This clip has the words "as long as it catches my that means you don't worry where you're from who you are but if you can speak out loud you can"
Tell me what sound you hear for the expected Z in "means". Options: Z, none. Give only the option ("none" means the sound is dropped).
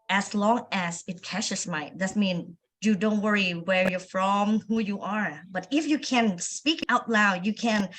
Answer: none